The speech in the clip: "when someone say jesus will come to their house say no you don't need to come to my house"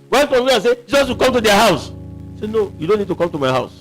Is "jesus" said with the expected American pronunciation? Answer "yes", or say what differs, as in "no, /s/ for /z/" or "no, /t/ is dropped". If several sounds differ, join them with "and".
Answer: yes